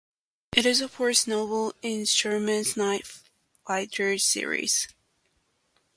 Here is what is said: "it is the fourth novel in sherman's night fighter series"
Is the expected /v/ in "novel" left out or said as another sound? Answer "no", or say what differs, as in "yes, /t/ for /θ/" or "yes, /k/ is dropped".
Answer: yes, /v/ is dropped